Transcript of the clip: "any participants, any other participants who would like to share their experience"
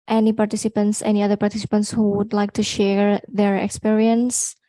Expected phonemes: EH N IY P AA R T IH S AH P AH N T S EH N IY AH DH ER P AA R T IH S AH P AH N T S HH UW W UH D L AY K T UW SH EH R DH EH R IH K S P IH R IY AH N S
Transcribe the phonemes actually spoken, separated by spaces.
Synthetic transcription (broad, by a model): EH N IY P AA R T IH S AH P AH N T S EH N IY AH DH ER P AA R T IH S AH P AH N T S HH UW W UH D L AY K T UW SH EH R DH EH R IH K S P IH R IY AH N S